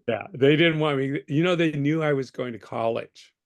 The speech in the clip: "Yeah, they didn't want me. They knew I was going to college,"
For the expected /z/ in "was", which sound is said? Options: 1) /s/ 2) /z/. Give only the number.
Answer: 2